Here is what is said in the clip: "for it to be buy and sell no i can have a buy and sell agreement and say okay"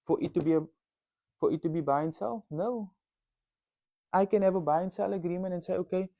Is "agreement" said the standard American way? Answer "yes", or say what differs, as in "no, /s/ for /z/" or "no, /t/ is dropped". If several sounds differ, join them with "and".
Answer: no, /t/ is dropped